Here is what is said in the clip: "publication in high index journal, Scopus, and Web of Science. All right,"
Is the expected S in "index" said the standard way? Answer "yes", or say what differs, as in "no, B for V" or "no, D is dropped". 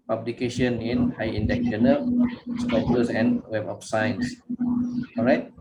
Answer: no, S is dropped